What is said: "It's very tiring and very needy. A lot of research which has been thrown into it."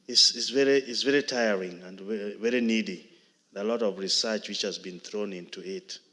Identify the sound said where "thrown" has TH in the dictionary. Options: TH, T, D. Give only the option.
TH